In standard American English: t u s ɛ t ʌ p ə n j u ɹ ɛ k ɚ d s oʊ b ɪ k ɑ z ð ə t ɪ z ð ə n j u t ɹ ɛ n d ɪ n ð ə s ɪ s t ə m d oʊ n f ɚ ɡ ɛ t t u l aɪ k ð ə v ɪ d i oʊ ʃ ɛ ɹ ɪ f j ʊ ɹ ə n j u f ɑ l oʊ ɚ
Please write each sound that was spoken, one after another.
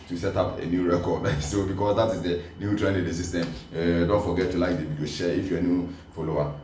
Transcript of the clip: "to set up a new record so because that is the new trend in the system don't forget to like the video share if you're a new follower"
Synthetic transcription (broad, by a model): t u s ɛ t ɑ p ə n j u ɹ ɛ k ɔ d s oʊ b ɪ k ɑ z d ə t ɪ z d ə n j u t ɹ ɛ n ɪ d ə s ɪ s t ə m d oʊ n f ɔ ɡ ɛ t t u l aɪ k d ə b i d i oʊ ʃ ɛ ɪ f j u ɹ ə n j u f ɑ l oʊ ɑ